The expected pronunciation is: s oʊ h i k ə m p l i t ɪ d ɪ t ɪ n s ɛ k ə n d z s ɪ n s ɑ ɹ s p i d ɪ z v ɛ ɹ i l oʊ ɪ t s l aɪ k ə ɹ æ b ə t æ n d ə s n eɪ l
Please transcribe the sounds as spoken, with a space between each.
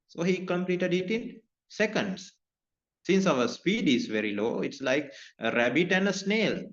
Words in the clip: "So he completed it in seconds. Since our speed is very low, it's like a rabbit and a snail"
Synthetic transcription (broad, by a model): s oʊ h i k ə m p l i t ɪ d ɪ t ɪ n s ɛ k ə n d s s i n s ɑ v s p i d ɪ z v ɛ ɹ i l oʊ ɪ t s l aɪ k ə ɹ æ b ə t æ n d ə s n eɪ l